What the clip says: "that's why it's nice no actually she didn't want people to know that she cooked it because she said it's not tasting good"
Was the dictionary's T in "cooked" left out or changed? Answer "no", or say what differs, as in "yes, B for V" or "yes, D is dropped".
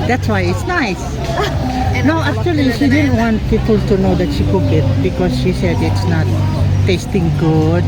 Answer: yes, T is dropped